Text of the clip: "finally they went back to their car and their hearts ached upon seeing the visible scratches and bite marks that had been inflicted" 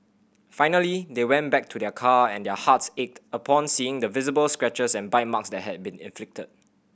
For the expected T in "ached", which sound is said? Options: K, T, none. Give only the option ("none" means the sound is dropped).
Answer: T